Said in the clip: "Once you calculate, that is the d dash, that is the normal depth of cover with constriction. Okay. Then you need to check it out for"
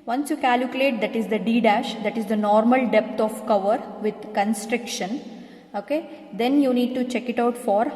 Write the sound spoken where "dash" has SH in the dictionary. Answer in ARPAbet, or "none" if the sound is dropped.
SH